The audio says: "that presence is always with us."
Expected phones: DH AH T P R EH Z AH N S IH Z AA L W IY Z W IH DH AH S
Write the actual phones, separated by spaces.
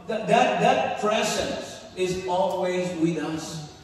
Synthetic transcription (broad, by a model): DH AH T P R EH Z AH N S IH Z AA L W IY Z W IH DH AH S